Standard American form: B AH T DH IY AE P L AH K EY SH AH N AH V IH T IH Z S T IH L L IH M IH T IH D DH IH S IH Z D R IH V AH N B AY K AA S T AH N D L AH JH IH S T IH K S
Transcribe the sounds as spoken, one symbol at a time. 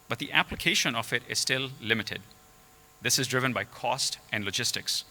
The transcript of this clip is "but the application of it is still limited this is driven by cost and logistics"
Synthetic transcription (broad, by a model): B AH T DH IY AE P L AH K EY SH AH N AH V IH T IH Z S T IH L L IH M IH T IH D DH IH S IH Z D R IH V AH N B AY K AA S T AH N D L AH JH IH S T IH K S